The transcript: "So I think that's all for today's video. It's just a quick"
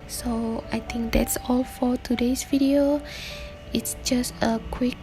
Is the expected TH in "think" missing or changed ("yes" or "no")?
yes